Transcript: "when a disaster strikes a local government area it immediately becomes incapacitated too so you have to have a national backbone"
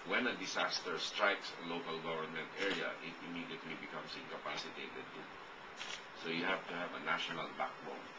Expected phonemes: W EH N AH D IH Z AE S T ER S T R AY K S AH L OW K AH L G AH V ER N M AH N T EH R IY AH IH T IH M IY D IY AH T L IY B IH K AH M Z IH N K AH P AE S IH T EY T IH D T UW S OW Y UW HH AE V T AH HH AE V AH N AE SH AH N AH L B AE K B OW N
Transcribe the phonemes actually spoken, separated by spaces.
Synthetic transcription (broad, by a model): W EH N AH D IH S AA S T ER S T R AY K S AH L OW K AH L G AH V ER N M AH N T EH R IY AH IH T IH M IY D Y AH T L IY B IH K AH M S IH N K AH P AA S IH T EY T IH D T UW S OW Y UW HH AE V T AH HH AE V AH N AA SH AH N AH L B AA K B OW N